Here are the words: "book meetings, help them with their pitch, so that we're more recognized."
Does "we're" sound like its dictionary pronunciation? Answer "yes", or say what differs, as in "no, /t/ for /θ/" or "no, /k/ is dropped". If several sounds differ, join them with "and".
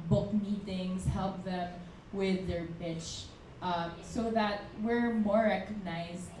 yes